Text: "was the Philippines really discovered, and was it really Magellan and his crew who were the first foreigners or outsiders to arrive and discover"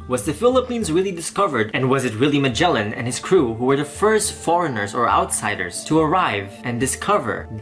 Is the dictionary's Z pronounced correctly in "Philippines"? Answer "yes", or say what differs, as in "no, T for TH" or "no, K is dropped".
yes